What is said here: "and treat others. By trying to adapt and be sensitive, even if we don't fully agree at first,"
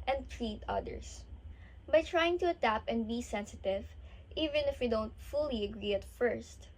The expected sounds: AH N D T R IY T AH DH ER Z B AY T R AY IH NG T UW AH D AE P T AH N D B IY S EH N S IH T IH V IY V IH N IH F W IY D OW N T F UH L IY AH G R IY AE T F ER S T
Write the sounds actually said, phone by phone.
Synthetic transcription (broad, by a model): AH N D T R IY T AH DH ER S B AY T R AY IH NG T UW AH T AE P AH N D B IY S EH N S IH T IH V IY V IH N IH F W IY D OW N T F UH L IY AH G R IY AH T F ER S T